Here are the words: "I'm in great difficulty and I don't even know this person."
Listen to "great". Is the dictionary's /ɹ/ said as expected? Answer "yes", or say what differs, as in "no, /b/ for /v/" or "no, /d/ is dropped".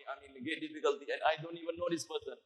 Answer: no, /ɹ/ is dropped